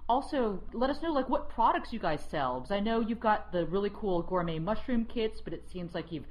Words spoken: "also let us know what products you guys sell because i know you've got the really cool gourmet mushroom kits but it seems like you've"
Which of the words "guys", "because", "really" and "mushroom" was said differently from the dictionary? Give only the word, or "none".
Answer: because